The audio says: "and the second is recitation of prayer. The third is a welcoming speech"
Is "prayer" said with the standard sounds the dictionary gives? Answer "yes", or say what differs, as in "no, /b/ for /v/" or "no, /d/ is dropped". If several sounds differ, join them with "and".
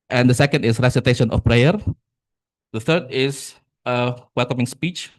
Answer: yes